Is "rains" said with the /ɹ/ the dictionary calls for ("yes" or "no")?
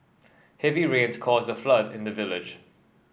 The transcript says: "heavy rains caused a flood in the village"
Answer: yes